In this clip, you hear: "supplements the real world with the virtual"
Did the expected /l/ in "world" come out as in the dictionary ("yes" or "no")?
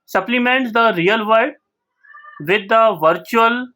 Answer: no